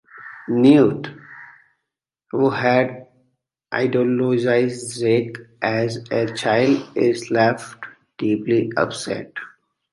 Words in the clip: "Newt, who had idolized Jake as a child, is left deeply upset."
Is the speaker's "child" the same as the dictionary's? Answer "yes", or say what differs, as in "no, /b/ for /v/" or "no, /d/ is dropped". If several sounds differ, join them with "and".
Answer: yes